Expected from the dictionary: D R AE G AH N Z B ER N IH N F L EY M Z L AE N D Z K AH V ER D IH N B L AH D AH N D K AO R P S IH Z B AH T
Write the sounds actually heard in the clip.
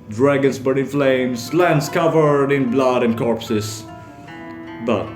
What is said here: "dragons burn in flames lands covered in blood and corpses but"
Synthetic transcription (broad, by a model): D R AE G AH N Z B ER IH N F L EY M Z L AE N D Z K AH V ER D IH N B L AH D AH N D K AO R P S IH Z B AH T